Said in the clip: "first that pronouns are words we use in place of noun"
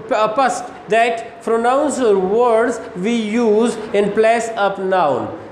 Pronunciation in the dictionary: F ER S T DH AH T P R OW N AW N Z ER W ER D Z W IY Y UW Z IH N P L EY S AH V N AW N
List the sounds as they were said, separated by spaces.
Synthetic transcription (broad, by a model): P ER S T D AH T P R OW N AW N S ER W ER D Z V IY Y UW Z IH N P L EY S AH P N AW N